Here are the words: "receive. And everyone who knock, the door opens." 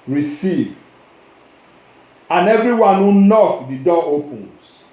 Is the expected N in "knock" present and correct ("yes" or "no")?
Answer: yes